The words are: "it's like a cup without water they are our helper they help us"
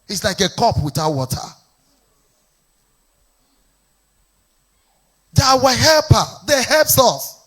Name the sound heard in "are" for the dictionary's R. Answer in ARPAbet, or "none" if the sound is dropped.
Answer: W